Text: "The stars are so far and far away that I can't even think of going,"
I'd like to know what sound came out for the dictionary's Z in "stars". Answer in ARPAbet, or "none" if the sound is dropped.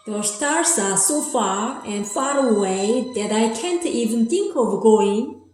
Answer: S